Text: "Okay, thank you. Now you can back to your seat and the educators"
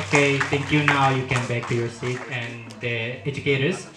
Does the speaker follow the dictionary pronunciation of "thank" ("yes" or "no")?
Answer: no